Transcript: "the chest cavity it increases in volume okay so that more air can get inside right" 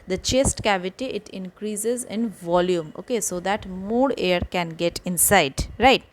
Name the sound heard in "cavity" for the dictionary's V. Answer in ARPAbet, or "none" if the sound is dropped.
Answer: V